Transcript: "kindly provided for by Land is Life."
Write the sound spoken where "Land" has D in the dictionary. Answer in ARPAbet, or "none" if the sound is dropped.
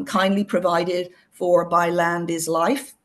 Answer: D